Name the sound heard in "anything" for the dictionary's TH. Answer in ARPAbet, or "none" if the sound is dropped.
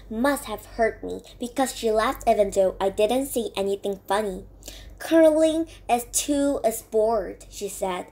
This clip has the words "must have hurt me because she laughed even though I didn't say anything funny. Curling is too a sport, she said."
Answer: TH